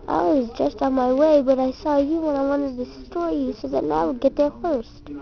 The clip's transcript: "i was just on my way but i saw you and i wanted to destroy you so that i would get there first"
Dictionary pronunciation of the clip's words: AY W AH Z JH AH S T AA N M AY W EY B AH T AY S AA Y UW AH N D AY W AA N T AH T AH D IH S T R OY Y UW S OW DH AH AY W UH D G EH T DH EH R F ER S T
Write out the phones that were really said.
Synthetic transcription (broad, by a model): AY W AH Z JH AH S T AA N M AY W EY B AH T AY S AA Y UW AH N AY W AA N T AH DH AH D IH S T OY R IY S OW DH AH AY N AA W G EH T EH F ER S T